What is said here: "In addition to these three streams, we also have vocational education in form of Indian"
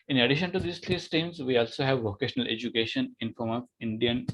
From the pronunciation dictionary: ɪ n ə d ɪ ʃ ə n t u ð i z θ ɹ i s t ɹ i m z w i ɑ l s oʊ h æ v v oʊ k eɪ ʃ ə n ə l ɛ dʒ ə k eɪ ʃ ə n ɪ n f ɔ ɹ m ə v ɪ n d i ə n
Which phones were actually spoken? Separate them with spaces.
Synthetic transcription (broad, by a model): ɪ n ə d ɪ ʃ ə n t u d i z t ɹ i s t i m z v i ɑ l s oʊ h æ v v oʊ k eɪ ʃ ə n ə l ɛ dʒ ə k eɪ ʃ ə n ɪ n f ɔ ɹ m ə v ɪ n d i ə n